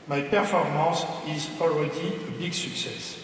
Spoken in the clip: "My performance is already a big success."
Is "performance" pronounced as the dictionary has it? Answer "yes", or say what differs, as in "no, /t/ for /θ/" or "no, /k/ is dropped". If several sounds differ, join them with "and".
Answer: no, /n/ is dropped